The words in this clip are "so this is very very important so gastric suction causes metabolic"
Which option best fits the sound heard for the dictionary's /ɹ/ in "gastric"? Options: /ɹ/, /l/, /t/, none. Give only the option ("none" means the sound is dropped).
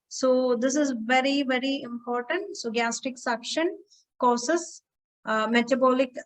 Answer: none